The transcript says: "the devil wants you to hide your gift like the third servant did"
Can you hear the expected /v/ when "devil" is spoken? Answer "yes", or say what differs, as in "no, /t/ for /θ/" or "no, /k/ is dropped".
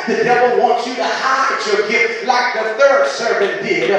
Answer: yes